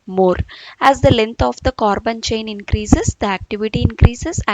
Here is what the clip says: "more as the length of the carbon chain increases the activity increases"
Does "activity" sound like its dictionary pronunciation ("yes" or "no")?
yes